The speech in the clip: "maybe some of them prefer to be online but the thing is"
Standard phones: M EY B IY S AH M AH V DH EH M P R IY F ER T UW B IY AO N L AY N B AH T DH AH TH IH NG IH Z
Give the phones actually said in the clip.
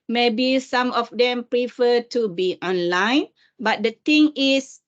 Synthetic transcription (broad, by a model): M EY B IY S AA M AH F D EH M P R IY F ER T UW B IY AO N L AY N B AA T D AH T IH NG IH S